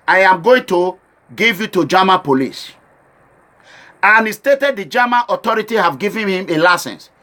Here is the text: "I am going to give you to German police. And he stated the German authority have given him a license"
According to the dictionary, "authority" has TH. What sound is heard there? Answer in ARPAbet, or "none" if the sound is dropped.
T